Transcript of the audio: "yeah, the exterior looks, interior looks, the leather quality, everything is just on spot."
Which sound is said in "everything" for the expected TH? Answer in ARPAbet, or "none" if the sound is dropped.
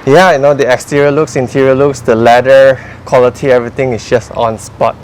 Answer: T